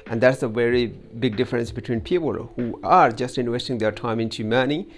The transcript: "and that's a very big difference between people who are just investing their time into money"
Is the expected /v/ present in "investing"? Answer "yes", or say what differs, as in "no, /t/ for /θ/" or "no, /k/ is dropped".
no, /w/ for /v/